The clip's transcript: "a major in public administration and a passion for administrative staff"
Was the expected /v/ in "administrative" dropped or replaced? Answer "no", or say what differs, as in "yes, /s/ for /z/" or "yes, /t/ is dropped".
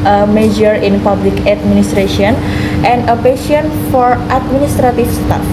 yes, /f/ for /v/